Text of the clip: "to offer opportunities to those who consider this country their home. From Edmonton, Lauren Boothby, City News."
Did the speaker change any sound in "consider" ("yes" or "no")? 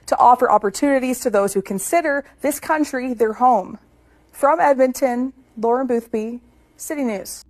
no